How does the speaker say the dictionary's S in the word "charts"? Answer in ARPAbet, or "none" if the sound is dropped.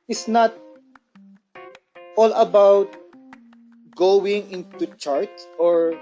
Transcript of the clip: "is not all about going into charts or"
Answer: none